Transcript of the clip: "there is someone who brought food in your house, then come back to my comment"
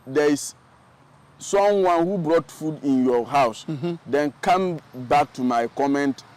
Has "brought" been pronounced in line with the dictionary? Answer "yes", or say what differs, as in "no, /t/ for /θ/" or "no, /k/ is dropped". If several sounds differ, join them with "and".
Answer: yes